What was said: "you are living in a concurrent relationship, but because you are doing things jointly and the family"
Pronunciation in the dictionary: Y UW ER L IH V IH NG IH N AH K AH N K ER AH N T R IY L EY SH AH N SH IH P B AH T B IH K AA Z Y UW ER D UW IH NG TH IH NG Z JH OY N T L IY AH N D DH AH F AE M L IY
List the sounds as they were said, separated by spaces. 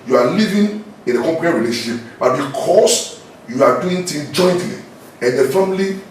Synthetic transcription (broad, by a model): Y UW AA L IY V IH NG IH N AH K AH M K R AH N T R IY L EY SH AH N SH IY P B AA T B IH K AA S Y UW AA D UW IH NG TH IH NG JH OY N T L IY AH N D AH F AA M L IY